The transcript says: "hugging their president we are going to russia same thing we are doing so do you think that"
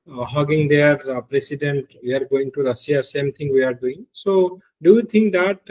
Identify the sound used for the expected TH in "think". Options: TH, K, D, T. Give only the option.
T